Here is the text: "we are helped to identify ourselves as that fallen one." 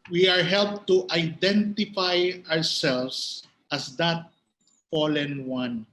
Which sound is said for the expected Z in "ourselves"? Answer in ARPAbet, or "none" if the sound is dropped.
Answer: S